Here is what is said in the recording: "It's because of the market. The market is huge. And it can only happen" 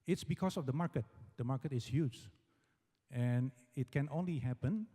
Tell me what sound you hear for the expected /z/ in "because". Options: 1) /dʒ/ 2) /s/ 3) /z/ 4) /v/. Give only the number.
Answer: 2